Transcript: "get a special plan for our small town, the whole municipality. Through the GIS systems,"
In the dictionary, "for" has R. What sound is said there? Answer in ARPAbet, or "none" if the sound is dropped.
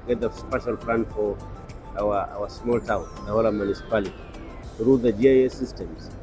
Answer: W